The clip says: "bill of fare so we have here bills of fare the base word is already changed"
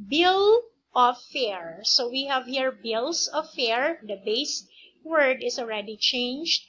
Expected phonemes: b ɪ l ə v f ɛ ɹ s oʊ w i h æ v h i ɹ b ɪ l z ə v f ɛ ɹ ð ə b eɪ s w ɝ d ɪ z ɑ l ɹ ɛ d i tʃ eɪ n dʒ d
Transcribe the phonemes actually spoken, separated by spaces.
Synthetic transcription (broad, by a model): b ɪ l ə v f ɛ ɹ s oʊ w i h æ v h i ɹ b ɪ l s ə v f ɛ ɹ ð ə b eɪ s w ɝ d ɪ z ɑ l ɹ ɛ d i tʃ eɪ n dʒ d